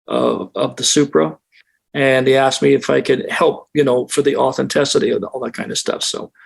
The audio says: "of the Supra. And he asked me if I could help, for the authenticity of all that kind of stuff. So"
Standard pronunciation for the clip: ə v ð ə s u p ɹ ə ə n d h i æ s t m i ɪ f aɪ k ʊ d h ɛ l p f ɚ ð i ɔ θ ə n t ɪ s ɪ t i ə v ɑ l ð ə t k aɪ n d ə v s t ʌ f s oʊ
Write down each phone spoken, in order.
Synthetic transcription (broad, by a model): ə v ð ə s u p ɹ ə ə n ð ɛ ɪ æ s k m i ɪ f aɪ k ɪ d h ɛ l p f ɚ ð i ɔ θ ə n t ɪ s ɪ t i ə ɑ l ð ə t k aɪ n d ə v s t ʌ f s oʊ